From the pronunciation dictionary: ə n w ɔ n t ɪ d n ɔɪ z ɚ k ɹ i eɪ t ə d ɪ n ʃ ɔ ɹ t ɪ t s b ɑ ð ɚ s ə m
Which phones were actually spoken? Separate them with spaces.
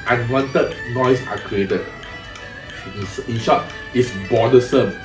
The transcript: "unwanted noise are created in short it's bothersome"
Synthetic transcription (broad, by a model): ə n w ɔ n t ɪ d n ɔɪ s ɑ k ɹ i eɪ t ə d ɪ n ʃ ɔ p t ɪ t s b ɑ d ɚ s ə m